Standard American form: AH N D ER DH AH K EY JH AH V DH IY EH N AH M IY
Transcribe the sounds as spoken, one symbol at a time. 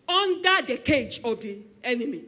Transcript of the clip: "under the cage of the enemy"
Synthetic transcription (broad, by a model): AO N D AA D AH K EY JH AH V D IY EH N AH M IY